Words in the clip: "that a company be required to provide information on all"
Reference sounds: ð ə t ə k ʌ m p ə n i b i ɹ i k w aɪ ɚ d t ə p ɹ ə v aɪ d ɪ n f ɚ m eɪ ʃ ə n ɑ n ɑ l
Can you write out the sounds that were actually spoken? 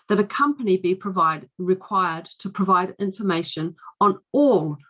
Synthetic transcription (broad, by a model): ð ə t ə k ʌ m p ə n i b i ɹ i k w aɪ ɚ d t ə p ɹ ə v aɪ d ɪ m f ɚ m eɪ ʃ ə n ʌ n ɑ l